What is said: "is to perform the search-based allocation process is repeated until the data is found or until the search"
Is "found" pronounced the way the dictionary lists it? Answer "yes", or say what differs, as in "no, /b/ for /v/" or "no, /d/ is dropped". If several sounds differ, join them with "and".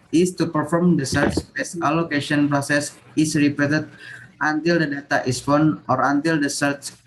no, /d/ is dropped